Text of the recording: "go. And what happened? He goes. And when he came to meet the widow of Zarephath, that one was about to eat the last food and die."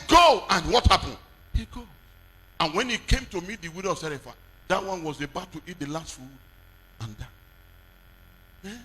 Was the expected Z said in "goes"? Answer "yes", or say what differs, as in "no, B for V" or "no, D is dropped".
no, Z is dropped